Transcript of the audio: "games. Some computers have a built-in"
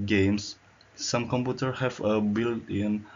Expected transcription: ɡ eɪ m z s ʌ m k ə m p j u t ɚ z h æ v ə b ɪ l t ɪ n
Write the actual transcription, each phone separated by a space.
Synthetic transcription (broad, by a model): ɡ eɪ m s s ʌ m k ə m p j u t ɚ h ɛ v ə b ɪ l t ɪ n